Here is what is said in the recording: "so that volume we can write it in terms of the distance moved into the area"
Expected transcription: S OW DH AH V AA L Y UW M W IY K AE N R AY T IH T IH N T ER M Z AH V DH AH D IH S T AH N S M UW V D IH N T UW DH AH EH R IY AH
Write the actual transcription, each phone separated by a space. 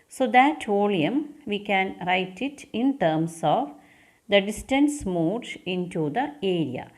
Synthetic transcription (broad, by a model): S OW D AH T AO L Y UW M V IY K AE N R AY T IH T IH N T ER M S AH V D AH D IH S T AH N S M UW D IH N T UW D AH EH R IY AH